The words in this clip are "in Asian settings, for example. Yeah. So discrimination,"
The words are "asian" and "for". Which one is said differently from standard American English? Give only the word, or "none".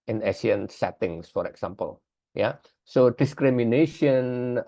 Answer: asian